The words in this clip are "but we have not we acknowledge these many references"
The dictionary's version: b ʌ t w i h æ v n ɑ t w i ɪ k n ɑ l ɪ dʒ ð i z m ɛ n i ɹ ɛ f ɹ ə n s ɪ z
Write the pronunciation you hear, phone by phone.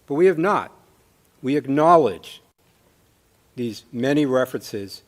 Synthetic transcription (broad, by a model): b ʌ t w i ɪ v n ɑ t w i ɪ k n ɑ l ɪ dʒ ð i z m ɛ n i ɹ ɛ f ɹ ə n s ɪ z